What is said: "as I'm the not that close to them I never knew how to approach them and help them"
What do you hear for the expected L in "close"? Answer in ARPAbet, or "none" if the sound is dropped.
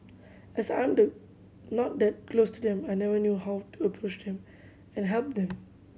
L